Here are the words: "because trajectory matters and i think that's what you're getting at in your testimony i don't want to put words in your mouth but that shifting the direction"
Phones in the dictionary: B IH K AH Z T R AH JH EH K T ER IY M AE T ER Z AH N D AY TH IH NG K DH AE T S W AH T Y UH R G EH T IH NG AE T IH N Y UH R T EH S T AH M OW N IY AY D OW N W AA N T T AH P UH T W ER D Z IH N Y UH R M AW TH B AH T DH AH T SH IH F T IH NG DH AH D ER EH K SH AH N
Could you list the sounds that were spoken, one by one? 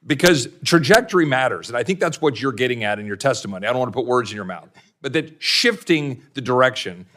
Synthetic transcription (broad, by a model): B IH K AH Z T R AH JH EH K T ER IY M AE T ER Z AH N AY TH IH NG K DH AE T S W AH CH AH R G EH T IH NG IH T IH N Y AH R T EH S T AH M OW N IY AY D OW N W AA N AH P UH T W ER D Z IH N Y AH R M AW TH B AH T DH AH T SH IH F T IH NG DH AH D ER EH K SH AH N